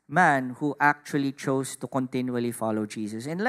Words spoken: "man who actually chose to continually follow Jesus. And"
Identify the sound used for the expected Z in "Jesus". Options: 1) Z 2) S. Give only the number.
2